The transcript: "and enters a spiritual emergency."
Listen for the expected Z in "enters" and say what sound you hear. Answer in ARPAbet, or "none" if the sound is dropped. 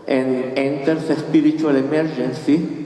S